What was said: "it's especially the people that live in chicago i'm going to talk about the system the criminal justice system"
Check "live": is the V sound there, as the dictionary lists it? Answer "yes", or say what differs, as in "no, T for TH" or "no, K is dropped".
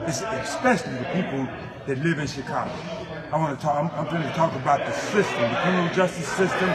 yes